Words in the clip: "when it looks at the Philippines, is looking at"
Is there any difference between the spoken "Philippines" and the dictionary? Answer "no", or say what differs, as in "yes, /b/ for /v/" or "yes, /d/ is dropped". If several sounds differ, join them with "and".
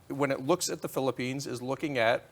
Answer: no